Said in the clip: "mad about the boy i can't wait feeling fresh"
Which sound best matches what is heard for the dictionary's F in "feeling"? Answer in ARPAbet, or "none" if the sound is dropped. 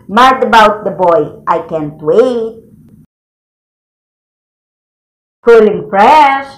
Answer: P